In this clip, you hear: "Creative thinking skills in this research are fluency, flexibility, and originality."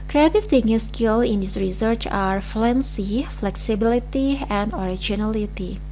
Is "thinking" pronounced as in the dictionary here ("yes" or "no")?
no